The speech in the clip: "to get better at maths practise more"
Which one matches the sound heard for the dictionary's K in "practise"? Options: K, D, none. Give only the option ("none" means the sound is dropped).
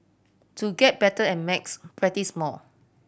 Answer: none